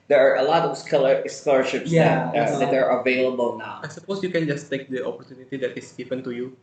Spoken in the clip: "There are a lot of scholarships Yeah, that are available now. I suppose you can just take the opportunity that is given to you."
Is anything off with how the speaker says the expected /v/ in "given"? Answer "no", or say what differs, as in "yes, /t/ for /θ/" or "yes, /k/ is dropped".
yes, /p/ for /v/